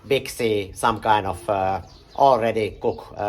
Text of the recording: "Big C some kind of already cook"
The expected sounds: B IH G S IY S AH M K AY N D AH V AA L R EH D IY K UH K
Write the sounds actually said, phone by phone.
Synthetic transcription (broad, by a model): B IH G S IY S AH M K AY N AH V AA L R EH D IY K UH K